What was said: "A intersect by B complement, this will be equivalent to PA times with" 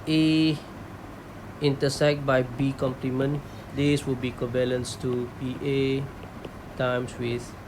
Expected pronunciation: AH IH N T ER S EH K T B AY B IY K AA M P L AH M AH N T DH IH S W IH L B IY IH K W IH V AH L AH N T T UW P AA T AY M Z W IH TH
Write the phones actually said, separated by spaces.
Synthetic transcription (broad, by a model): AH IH N T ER S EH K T B AY B IY K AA M P L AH M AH N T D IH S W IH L B IY K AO B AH L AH N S T UW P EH T AY M S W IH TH